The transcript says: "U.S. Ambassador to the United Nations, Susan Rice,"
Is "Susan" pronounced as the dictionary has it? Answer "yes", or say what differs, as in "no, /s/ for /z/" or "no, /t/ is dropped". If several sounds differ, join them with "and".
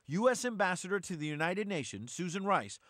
yes